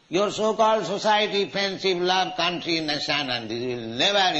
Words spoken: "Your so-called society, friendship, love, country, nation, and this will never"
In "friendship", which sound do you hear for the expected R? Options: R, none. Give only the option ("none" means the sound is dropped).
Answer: none